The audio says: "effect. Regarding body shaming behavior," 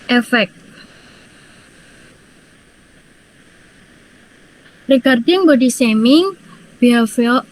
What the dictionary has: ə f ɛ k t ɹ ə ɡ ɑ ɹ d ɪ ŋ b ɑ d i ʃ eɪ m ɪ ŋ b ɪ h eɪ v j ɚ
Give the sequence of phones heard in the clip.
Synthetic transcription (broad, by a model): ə f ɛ k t ɹ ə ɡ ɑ ɹ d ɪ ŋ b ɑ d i s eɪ m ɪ ŋ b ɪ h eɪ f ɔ